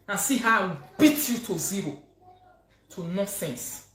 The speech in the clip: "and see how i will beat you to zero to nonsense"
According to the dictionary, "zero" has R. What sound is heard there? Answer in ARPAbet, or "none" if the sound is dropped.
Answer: R